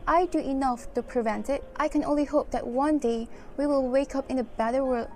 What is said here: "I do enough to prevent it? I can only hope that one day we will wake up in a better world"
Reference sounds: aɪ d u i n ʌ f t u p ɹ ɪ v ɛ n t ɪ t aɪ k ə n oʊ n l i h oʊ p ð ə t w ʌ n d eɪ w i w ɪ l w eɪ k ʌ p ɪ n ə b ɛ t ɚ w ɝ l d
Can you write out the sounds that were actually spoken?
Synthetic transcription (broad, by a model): aɪ d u i n ʌ f t u p ɹ ɪ v ɛ n t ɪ t aɪ k ə n oʊ n l i h oʊ p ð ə t w ʌ n d eɪ w i w ɪ l w eɪ k ʌ p ɪ n ə b ɛ t ɚ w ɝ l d